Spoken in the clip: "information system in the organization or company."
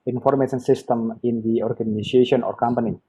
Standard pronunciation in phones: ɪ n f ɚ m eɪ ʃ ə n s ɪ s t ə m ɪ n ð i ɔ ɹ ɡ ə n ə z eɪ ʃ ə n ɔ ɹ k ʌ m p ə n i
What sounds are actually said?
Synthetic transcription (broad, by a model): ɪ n f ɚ m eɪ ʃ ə n s ɪ s t ə m ɪ n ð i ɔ ɹ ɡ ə n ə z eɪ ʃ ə n ɔ ɹ k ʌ m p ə n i